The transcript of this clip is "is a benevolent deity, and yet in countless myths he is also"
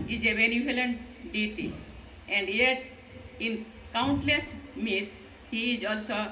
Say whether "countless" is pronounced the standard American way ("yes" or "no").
yes